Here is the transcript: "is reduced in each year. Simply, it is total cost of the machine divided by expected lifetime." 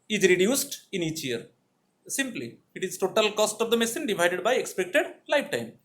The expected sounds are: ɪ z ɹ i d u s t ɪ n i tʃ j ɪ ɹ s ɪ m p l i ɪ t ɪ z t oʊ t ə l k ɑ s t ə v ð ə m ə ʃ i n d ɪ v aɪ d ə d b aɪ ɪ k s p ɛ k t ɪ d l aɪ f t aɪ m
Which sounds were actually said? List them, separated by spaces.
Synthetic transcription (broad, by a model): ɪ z ɹ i d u s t ɪ n i tʃ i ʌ ɹ s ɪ m p l i ɪ t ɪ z t oʊ t ə l k ɑ s t ə v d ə m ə s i n d ɪ v aɪ d ə d b aɪ ɪ k s p ɛ k t ɪ d l aɪ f t aɪ m